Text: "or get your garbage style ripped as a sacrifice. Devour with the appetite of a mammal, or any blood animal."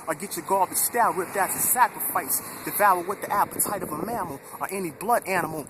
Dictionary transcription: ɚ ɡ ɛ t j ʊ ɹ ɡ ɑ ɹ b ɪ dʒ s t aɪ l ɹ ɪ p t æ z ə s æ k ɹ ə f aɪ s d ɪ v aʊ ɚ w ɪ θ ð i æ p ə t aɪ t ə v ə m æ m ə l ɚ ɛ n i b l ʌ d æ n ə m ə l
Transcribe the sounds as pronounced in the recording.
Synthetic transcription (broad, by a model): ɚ ɡ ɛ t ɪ ɡ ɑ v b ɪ s t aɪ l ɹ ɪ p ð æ s ə s æ k ɹ ə f aɪ s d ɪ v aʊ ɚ w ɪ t ð i æ p ə t aɪ t ə v ə m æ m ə l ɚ ɛ n i b l ʌ d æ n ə m l